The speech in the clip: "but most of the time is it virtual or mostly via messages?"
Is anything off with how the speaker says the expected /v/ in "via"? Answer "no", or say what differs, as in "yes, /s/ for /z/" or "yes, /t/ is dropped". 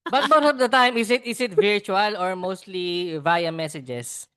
no